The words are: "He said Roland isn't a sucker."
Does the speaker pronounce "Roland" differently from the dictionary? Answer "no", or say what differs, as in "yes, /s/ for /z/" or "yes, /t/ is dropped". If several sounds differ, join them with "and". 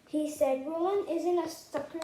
yes, /w/ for /ɹ/ and /d/ is dropped